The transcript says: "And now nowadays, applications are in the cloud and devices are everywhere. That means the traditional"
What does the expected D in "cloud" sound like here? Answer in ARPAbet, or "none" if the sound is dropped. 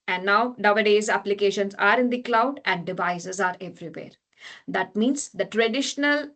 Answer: D